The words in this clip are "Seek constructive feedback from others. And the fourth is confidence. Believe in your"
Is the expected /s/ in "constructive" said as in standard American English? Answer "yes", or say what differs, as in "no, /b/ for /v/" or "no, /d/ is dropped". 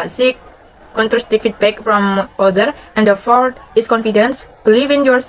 no, /s/ is dropped